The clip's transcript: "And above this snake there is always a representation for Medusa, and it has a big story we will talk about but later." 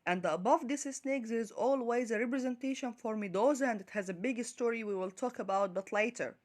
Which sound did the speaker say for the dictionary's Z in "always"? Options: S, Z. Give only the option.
Z